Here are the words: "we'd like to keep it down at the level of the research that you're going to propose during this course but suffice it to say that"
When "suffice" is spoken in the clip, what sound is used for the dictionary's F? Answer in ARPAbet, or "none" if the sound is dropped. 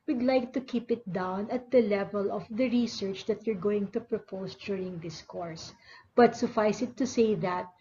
F